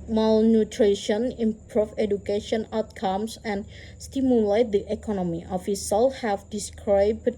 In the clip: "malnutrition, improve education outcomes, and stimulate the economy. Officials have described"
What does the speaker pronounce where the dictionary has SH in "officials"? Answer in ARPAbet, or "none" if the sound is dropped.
S